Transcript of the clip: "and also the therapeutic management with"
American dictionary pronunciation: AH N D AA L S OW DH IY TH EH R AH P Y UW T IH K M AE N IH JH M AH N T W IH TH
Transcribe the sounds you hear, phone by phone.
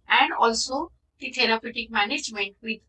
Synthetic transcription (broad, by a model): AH N D AA L S OW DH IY T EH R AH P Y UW T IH K M AE N IH JH M AH N T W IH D